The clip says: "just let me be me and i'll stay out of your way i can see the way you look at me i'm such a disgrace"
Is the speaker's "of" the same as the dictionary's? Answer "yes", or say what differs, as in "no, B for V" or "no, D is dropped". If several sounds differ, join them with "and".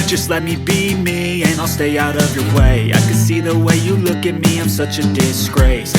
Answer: yes